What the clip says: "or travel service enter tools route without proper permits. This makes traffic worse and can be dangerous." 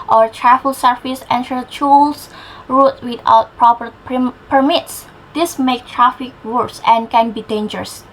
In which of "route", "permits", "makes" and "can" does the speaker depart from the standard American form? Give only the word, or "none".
makes